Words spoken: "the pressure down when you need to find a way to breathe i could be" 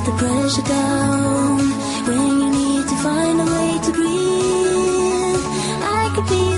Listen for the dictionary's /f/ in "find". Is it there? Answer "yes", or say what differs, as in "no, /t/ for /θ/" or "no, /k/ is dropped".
yes